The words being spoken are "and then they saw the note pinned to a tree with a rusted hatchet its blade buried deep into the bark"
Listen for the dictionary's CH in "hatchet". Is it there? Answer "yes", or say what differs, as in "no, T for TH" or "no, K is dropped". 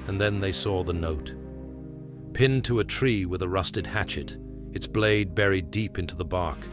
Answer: yes